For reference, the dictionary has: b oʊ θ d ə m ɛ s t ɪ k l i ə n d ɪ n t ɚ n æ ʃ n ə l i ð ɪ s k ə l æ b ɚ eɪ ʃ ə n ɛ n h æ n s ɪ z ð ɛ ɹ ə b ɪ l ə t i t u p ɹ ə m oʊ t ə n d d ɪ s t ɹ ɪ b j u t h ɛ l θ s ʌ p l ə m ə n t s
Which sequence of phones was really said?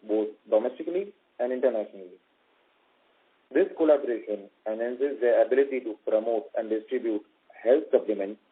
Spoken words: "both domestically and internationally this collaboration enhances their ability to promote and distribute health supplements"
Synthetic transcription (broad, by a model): b oʊ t d ə m ɛ s t ɪ k l i ə n d ɪ n t ɚ n æ ʃ n ə l i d ɪ s k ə l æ b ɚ eɪ ʃ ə n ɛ n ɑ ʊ n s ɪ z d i ə b ɪ l ə t i t u p ɹ ə m oʊ t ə n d d ɪ s t ɹ ɪ b j u t h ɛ l t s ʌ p l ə m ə n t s